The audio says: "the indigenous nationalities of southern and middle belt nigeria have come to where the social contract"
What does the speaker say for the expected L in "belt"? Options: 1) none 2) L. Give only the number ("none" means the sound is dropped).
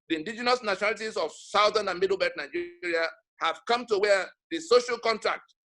1